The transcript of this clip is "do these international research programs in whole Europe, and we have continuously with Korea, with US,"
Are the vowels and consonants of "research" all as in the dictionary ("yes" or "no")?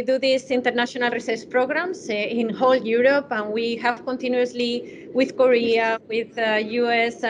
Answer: no